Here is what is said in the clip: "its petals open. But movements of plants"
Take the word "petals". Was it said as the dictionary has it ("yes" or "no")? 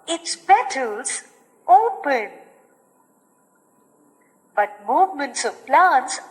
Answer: no